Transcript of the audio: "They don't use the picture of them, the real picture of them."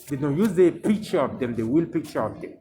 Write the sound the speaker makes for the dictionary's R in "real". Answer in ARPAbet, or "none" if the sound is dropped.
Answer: W